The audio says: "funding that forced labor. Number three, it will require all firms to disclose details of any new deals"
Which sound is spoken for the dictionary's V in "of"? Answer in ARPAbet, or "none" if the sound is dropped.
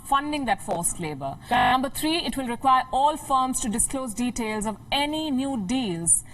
V